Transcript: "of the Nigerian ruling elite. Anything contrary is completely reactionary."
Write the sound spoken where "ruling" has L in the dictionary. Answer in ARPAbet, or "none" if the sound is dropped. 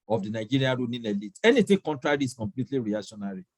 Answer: N